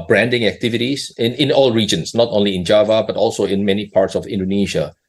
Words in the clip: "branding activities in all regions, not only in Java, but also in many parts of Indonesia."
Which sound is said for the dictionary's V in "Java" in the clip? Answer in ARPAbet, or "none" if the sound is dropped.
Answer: V